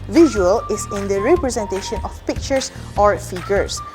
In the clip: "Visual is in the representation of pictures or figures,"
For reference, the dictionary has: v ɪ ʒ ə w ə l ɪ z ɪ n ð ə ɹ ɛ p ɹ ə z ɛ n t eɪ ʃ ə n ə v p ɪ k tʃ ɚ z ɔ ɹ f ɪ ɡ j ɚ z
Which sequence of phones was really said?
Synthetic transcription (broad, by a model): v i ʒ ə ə l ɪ s ɪ n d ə ɹ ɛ p ɹ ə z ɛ n t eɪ ʃ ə n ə f p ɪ k tʃ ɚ s ɔ ɹ f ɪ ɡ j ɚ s